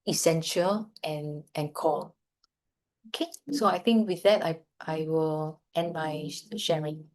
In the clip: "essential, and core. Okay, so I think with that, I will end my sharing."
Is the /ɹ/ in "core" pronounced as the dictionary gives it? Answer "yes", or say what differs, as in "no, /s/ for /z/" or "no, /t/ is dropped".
no, /l/ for /ɹ/